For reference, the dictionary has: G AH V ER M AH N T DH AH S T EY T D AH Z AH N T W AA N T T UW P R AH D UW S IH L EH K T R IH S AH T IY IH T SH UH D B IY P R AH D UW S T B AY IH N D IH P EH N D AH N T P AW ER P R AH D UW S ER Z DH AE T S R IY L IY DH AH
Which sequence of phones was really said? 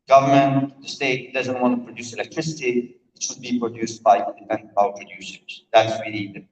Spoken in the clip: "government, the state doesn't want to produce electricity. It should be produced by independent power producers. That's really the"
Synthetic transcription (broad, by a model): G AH V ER M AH N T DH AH S T EY T D AH Z AH N T W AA N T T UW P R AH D UW S IH L EH K T R IH S AH T IY IH T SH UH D B IY P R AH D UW S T B AY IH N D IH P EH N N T B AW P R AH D UW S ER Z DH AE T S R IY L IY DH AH